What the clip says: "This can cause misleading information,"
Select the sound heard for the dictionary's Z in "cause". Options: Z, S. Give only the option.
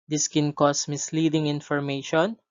S